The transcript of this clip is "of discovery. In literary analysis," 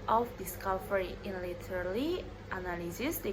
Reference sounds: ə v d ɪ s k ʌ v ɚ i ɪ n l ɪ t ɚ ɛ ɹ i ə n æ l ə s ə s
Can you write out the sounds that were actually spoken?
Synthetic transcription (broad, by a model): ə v d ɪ s k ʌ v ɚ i ɪ n l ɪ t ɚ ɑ l i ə n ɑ l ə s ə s